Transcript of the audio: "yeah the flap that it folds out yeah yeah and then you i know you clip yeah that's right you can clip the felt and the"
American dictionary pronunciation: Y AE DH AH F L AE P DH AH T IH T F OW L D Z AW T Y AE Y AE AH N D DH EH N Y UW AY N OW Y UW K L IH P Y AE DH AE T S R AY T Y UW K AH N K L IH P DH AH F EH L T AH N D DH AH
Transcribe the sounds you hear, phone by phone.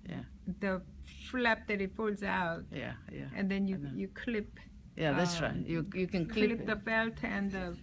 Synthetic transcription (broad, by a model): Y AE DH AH F L AE P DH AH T IH T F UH L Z AW T Y AE Y AE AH N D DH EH N Y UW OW Y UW K L IH P Y AE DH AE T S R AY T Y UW K AH N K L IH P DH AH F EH L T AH N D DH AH